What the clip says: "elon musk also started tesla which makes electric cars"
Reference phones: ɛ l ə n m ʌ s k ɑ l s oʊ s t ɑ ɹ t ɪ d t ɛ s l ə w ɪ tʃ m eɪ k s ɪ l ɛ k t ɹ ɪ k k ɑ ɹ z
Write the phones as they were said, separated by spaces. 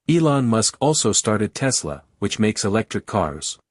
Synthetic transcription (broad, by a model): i l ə n m ʌ s k ɑ l s oʊ s t ɑ ɹ t ɪ d t ɛ s l ə w ɪ tʃ m eɪ k s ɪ l ɛ k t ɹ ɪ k k ɑ ɹ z